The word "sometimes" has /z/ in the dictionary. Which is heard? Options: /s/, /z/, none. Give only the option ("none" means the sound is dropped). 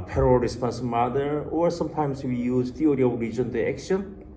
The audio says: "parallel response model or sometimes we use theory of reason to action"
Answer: /s/